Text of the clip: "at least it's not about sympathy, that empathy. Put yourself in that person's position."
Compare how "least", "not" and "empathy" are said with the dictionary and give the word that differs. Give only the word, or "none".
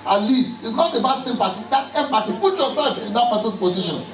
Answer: empathy